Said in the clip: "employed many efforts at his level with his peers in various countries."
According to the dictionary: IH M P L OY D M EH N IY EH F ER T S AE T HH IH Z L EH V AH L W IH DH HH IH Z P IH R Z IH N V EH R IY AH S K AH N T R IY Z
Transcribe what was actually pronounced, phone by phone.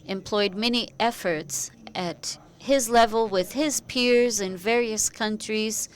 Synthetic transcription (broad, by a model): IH M P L OY D M EH N IY EH F ER T S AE T HH IH Z L EH V AH L W IH DH IH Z P IH R Z IH N V EH R IY AH S K AH N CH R IY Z